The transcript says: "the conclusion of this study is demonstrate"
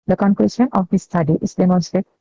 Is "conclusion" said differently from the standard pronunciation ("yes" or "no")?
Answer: yes